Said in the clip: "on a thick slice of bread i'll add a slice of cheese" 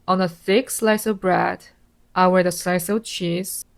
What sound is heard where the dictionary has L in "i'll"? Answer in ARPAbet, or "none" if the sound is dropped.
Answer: W